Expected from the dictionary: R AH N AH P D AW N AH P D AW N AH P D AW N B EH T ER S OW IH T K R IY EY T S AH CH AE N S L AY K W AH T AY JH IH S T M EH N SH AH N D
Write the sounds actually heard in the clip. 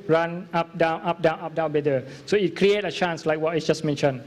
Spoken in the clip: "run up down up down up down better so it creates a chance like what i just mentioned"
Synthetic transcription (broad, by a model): R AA N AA P D AW N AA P D AW N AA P D AW N B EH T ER S OW IH T K R IY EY T AH CH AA N S L AY K W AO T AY JH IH S M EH N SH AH N